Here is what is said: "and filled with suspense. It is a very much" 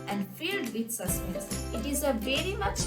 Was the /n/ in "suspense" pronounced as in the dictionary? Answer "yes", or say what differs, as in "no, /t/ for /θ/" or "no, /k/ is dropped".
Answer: no, /n/ is dropped